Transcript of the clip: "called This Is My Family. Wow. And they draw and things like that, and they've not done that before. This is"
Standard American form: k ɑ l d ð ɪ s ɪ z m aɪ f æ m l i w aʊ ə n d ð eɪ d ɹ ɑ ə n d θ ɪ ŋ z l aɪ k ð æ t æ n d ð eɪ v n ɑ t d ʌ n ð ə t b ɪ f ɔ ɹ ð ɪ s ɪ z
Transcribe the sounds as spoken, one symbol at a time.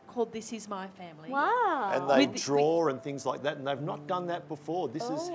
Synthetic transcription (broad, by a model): k ɑ l d ð ɪ s ɪ z m aɪ f æ m l i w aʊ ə n ð eɪ d ɹ ɑ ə n θ ɪ ŋ z l aɪ k ð æ t n ð eɪ v n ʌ t d ʌ n ð ə t b ɪ f ɔ ɹ ð ɪ s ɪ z